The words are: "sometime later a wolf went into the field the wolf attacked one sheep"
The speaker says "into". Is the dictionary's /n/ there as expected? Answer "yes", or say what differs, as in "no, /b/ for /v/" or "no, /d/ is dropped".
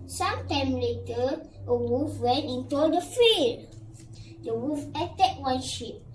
yes